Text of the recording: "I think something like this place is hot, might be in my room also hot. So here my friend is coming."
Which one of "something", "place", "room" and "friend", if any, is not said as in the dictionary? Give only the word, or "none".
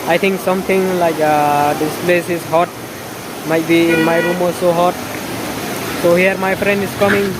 something